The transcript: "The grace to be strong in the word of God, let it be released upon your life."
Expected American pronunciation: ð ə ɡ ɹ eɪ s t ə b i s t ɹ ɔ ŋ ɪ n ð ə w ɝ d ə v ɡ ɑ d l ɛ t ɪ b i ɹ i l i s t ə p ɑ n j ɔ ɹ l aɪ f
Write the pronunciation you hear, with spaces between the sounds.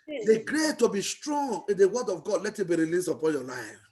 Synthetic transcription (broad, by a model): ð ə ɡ ɹ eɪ t ə b i s t ɹ ɔ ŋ ɪ n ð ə w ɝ d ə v ɡ ɑ d l ɛ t ɪ b i ɹ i l i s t ə p ɑ n j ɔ l aɪ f